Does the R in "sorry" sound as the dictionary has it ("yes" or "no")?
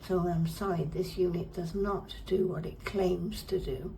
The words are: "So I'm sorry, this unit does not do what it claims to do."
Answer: no